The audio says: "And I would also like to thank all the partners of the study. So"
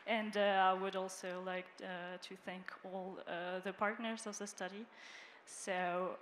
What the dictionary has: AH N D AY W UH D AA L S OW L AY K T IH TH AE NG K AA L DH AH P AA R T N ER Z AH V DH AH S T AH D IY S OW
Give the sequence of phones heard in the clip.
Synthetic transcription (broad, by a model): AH N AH AY W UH D AA L S OW L AY K T IH TH AE NG K AA L DH AH P AA R T N ER Z AH V DH AH S T AH D IY S OW